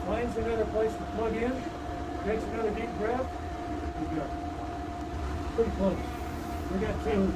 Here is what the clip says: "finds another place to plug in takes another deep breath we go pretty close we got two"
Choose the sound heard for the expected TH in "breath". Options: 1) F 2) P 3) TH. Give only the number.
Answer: 1